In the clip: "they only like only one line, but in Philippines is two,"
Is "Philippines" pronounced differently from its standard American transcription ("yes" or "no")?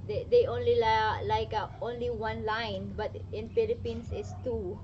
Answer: yes